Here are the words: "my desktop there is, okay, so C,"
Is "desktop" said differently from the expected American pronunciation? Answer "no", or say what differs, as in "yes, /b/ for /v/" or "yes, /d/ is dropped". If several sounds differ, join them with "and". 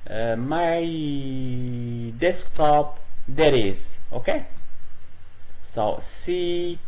no